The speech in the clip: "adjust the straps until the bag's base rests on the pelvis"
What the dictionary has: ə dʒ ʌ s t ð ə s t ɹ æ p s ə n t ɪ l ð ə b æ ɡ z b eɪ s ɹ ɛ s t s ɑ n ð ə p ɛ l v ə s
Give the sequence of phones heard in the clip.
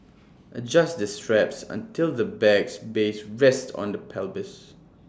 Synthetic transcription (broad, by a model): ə dʒ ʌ s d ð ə s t ɹ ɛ p s ə n t ɪ l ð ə b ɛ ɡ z b eɪ s ɹ ɛ s t ɑ n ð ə p ɛ l b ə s